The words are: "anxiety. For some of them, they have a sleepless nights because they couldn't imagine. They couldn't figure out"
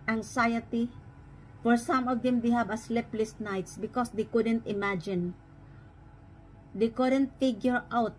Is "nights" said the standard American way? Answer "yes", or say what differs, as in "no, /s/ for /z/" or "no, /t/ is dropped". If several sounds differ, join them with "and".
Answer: yes